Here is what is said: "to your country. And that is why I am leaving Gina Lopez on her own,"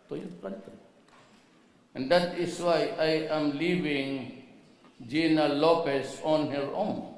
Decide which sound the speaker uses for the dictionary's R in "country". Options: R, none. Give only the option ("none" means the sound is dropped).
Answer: none